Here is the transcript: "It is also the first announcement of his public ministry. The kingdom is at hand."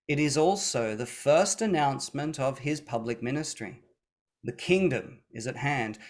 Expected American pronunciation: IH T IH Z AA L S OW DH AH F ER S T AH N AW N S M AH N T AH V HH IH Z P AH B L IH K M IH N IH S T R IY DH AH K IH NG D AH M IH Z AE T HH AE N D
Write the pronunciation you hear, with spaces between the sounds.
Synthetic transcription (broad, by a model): IH T IH Z AA L S OW DH AH F ER S T AH N AW N S M AH N T AH V IH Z P AH B L IH K M IH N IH S T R IY DH AH K IH NG D AH M IH Z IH T HH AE N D